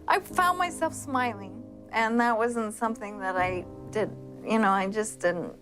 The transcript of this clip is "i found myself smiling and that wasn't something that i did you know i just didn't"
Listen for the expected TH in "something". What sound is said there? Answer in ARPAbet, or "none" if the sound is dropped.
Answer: TH